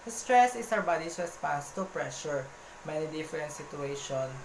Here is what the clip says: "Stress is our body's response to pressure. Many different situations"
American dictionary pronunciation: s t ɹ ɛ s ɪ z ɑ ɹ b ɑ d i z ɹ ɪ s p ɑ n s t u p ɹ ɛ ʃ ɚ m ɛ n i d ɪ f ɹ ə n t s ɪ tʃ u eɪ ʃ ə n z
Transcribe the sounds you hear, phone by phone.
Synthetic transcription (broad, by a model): s t ɹ ɛ s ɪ s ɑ w b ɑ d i s ɹ ɪ s p ɑ n s t u p ɹ ɛ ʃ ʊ m ɛ n i d ɪ f ɹ ə n t s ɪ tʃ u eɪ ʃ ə n